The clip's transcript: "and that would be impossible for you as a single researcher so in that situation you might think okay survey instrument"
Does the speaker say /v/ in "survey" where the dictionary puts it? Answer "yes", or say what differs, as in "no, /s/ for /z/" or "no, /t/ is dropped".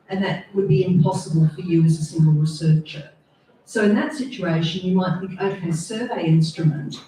yes